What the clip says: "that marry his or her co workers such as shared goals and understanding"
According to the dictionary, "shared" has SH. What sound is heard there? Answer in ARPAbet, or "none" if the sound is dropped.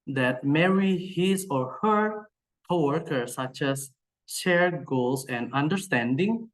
SH